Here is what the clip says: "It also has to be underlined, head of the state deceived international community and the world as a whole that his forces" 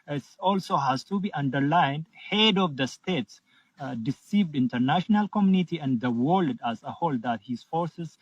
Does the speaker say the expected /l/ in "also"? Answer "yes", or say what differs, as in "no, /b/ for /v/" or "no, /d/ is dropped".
yes